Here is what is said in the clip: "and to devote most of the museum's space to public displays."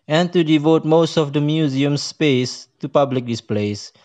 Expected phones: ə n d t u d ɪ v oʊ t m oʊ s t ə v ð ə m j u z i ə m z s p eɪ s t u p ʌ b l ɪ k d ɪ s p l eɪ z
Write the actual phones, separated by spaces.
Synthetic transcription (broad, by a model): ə n t u d ɪ v oʊ t m oʊ s t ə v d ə m j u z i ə m s p eɪ s t u p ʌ b l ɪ k d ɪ s p l eɪ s